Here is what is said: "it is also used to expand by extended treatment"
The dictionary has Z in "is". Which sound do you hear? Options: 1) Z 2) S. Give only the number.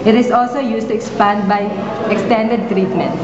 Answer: 2